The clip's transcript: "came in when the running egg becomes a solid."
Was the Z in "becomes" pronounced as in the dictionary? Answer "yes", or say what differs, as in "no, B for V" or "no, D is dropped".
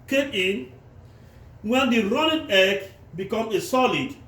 no, Z is dropped